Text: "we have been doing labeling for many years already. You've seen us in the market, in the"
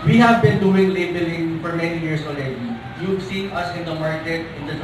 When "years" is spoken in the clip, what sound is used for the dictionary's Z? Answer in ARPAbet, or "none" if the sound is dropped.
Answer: S